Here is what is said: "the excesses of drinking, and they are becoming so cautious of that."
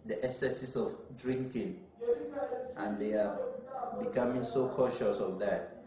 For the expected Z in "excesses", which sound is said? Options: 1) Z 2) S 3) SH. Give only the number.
2